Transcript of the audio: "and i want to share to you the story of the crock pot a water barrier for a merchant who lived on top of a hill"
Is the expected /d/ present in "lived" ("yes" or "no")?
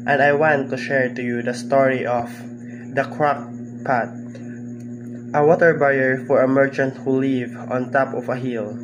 no